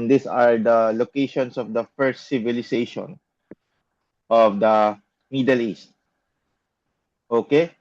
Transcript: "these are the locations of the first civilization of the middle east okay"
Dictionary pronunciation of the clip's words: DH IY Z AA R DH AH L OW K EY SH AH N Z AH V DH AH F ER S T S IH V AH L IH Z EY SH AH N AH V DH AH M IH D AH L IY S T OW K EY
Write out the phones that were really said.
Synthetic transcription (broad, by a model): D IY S AA R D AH L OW K EY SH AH N S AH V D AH F ER S T S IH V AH L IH S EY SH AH N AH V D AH M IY D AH L IY S T OW K EY